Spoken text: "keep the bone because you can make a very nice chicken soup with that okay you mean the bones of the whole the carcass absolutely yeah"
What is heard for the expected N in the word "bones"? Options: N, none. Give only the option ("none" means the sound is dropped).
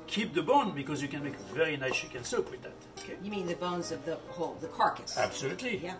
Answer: N